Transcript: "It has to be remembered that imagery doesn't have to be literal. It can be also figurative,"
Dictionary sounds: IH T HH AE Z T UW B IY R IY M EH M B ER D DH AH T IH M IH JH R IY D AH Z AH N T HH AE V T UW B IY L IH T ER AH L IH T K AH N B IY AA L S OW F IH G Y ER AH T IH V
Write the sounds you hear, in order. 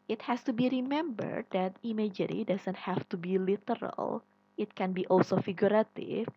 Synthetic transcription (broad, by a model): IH T HH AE S T UW B IY R IY M EH M B ER D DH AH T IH M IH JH R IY D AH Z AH N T HH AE F T UW B IY L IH T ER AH L IH T K AH N B IY AA L S OW F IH G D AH T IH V